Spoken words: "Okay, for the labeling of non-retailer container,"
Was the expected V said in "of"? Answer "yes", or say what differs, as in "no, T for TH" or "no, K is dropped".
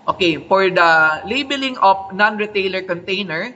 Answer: no, P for V